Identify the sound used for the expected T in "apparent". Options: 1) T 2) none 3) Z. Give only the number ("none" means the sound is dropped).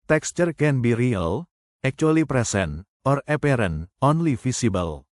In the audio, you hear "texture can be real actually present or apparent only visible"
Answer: 2